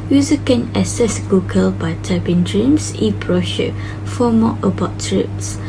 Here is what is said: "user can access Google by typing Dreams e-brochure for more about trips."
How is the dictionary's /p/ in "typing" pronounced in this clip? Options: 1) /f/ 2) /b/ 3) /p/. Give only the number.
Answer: 2